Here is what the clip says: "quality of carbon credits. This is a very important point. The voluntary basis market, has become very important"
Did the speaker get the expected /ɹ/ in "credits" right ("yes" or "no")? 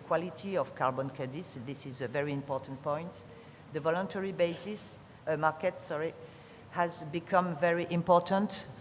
no